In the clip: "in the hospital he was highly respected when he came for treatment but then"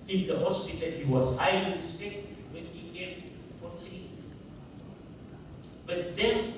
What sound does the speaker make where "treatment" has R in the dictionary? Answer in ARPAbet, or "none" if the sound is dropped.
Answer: none